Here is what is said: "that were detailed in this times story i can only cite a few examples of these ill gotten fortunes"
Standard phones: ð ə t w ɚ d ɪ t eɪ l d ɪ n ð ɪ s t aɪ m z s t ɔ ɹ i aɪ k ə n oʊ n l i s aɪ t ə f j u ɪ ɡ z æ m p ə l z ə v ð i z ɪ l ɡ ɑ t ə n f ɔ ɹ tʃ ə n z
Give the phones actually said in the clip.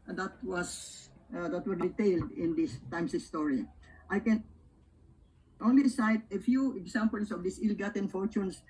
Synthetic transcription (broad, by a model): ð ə t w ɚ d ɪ t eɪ l d ɪ n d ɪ s t aɪ m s s t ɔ ɹ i aɪ k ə n oʊ n l i s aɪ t ə f j u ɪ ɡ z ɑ m p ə l s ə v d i s ɪ l ɡ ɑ t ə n f ɔ ɹ tʃ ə n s